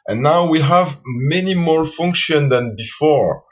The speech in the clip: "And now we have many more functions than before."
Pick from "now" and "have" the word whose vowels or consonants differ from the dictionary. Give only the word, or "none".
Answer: none